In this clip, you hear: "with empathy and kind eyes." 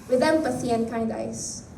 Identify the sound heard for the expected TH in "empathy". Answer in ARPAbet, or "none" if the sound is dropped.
S